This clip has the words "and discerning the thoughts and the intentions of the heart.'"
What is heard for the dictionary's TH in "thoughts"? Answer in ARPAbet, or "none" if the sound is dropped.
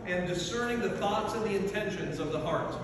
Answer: TH